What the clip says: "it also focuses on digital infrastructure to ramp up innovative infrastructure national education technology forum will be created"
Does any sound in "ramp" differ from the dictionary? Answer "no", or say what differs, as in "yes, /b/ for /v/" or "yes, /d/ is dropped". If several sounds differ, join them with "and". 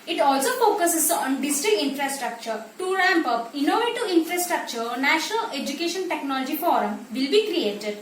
no